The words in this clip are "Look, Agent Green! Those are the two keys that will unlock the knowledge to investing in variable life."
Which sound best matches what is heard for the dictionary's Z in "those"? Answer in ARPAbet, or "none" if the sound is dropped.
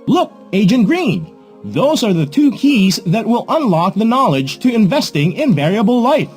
Z